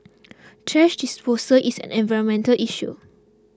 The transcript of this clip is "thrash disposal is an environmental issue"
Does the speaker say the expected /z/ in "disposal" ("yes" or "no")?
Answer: no